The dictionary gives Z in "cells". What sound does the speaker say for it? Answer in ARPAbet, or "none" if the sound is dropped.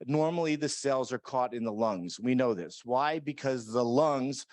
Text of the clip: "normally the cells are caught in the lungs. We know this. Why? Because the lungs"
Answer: Z